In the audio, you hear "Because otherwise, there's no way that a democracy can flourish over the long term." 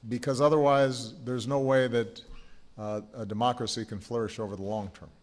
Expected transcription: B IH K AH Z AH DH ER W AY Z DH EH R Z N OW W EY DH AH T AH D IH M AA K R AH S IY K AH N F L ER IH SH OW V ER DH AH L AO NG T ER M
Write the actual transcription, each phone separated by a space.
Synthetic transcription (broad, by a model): B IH K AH Z AH DH ER W AY Z DH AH R Z N OW W EY DH AH T AH D IH M AA K R AH S IY K AH N F L ER IH SH OW V ER DH AH L AO NG T ER M